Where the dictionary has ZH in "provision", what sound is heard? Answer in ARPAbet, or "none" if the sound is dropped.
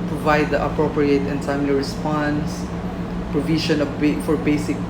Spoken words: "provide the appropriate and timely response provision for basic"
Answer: SH